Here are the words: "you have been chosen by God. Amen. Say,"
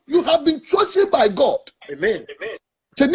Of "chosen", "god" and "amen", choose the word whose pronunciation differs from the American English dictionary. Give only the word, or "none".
chosen